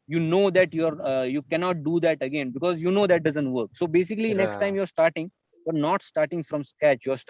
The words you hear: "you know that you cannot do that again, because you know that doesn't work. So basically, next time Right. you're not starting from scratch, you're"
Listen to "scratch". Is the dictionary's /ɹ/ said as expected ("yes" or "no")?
no